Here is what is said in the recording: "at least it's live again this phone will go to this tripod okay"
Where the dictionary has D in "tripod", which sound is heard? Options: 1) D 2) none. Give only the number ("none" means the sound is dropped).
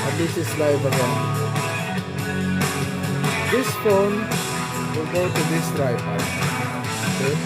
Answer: 2